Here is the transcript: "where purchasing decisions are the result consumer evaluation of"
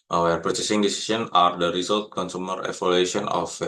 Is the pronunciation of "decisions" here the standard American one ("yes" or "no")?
no